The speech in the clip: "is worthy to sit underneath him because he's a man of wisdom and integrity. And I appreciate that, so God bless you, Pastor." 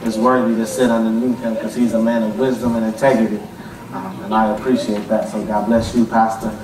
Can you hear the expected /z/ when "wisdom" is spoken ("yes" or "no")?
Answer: yes